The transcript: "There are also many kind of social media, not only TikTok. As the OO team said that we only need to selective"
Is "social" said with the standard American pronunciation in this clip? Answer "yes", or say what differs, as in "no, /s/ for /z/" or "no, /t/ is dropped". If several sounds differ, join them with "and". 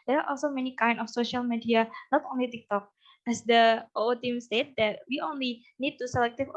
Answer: yes